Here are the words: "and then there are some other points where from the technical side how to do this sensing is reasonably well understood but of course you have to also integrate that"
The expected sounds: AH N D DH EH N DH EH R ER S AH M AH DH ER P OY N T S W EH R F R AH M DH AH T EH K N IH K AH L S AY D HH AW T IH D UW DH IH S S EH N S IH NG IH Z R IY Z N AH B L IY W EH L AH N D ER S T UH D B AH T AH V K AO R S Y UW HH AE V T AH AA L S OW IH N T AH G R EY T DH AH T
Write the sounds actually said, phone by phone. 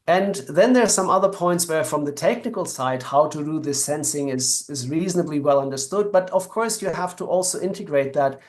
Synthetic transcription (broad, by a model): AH N DH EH N DH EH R S AH M AH DH ER P OY N T S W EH R F R AH M DH AH T EH K N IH K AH L S AY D HH AW T IH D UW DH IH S S EH N S IH NG IH Z R IY Z N AH B L IY W EH L AH N D ER S T UH D B AH T AH V K AO R S Y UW HH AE F T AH AA L S OW IH N T AH G R EY T DH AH T